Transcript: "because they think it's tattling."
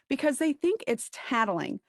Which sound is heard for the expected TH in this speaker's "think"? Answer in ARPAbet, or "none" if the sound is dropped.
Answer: TH